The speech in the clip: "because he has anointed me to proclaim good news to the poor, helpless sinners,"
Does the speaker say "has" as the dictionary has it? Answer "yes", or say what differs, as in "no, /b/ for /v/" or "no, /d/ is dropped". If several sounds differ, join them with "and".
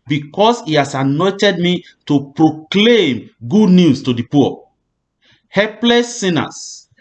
no, /s/ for /z/